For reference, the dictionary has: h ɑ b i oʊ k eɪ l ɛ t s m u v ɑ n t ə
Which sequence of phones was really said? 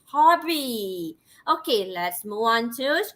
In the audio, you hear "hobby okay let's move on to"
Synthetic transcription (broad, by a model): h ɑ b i oʊ k eɪ l ɛ t s m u ɑ n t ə